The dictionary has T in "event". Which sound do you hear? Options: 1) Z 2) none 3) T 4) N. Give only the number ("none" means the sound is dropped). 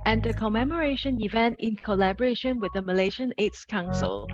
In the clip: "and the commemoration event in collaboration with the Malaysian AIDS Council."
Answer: 3